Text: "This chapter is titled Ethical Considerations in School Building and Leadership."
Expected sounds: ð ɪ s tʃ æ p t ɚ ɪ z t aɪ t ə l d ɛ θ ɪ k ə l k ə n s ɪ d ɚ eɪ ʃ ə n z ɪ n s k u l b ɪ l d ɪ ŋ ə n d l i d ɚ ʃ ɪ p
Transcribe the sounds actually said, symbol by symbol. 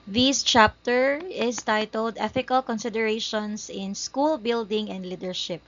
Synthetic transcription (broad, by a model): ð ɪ s tʃ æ p t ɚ ɪ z t aɪ t ə l d ɛ θ ɪ k ə l k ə n s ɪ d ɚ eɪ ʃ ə n s ɪ n s k u l b ɪ l d ɪ ŋ ə n d l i d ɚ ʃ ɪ p